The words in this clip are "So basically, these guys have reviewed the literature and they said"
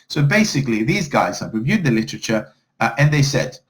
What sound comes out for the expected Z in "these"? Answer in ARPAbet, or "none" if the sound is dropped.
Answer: Z